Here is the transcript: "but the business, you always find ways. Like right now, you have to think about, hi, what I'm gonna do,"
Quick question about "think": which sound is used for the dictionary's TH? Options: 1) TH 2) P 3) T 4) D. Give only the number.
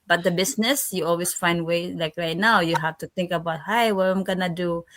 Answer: 3